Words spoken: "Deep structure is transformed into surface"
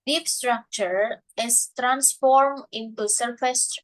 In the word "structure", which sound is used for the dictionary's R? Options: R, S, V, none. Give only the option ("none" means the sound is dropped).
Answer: R